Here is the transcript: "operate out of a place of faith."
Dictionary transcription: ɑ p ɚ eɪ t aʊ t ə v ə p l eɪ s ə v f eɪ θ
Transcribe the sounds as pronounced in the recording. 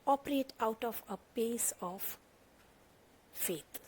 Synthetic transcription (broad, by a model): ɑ p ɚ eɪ t aʊ t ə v ə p eɪ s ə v f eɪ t